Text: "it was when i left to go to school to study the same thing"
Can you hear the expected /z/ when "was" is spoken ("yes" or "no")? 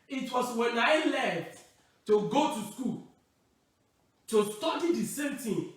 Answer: no